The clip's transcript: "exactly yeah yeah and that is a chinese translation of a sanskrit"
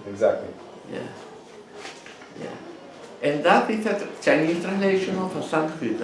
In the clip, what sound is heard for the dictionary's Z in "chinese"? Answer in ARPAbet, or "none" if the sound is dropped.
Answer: none